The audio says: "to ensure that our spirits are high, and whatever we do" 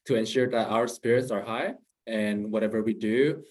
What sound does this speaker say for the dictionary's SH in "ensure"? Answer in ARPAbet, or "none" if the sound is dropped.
SH